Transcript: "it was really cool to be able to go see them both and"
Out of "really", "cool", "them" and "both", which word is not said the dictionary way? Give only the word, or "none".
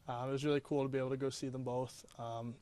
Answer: none